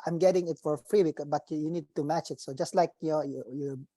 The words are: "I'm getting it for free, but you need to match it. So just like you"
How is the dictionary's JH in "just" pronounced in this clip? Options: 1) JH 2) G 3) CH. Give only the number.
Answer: 1